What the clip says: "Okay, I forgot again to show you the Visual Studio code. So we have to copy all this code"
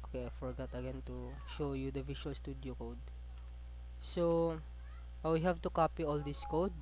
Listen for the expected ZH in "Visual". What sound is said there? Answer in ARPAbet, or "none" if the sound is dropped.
SH